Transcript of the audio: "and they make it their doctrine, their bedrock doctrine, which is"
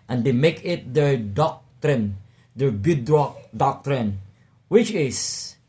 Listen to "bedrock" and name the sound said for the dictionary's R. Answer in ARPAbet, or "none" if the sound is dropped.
none